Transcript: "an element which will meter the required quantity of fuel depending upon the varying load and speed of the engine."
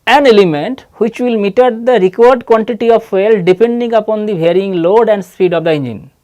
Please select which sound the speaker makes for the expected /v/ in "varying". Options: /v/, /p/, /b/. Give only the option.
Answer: /b/